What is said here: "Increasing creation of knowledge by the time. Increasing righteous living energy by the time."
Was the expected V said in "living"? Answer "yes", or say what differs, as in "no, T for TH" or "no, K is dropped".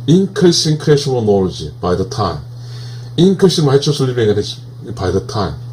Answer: no, B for V